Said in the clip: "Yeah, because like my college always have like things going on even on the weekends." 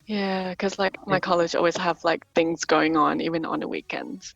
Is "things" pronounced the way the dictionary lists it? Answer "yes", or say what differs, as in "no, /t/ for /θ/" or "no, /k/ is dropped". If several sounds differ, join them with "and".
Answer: yes